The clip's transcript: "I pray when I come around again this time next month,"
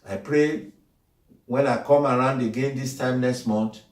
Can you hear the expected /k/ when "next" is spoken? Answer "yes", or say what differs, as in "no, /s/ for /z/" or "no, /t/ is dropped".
yes